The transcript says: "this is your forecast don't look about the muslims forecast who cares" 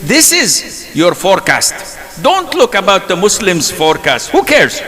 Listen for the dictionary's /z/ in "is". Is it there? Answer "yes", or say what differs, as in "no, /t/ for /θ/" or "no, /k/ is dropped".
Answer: yes